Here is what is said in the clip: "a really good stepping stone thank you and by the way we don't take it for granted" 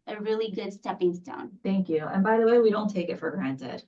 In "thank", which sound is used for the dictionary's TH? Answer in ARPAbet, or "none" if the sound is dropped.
TH